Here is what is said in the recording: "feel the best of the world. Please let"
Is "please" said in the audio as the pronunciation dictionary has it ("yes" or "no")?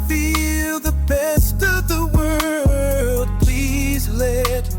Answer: yes